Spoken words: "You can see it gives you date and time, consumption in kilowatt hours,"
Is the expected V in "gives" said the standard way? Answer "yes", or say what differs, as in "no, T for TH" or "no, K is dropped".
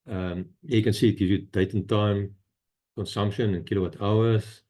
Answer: no, V is dropped